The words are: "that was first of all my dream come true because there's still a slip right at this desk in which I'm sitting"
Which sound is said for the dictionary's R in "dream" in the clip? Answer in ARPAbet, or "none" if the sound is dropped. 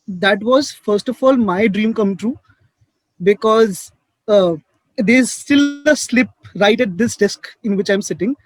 R